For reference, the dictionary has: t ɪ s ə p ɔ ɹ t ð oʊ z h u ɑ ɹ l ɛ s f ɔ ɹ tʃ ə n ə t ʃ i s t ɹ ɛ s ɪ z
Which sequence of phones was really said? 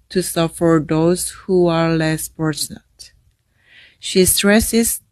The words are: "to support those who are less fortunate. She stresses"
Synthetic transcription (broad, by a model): t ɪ s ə f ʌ ɹ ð oʊ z h u ɑ ɹ l ɛ s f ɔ ɹ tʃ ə n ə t ʃ i s t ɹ ɛ s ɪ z